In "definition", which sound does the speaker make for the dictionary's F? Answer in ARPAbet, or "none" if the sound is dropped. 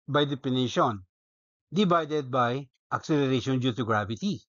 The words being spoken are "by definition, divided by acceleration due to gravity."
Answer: P